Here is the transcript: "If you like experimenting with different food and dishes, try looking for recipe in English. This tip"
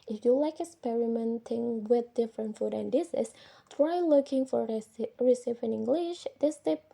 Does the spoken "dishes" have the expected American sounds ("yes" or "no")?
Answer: no